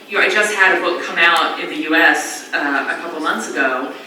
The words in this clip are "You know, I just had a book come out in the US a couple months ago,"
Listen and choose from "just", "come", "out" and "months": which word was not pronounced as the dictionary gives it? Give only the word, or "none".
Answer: none